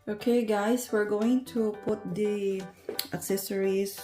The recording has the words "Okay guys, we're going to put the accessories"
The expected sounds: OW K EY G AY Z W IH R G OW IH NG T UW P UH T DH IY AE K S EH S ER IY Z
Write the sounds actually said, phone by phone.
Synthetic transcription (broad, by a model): OW K EY G AY S W IH R G OW IH NG T UW P UH T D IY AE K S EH S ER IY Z